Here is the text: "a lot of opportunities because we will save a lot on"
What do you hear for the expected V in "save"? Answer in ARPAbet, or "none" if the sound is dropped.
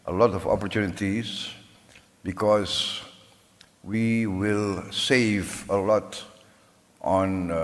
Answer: V